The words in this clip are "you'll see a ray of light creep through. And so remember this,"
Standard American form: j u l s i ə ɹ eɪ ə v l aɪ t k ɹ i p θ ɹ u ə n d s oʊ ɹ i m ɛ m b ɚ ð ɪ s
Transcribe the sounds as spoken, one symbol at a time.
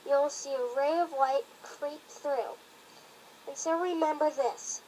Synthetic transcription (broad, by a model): j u l s i ə ɹ eɪ ə v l aɪ t k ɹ i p θ ɹ u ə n s oʊ ɹ i m ɛ m b ɚ ð ɪ s